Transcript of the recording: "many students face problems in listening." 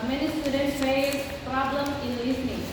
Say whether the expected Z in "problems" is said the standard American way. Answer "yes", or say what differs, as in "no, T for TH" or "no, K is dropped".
no, Z is dropped